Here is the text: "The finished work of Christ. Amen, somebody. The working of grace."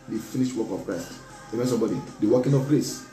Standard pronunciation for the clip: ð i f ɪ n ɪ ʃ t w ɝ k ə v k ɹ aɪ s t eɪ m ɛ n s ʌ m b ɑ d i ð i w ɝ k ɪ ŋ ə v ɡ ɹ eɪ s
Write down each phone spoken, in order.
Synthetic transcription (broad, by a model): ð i f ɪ n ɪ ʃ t w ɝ k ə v k ɹ aɪ s t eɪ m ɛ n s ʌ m b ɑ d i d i w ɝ k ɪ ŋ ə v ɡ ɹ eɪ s